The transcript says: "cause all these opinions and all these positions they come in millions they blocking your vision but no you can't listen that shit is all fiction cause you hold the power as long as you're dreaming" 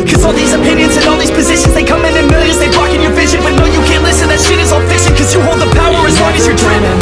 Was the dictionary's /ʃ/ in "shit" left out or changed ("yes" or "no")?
yes